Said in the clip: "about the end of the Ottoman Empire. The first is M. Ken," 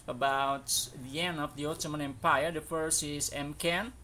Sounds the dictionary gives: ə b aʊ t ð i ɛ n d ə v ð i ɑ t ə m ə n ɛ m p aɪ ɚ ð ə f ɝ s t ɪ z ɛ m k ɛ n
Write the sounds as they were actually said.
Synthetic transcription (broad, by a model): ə b aʊ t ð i ɛ n d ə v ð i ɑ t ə m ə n ɛ m p aɪ ɚ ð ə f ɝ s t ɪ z ɛ m k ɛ n